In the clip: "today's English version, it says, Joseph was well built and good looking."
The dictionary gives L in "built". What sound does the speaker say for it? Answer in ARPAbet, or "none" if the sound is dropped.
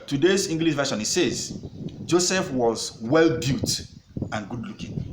none